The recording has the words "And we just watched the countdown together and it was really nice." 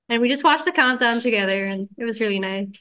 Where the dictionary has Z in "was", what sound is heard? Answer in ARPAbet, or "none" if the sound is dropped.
Z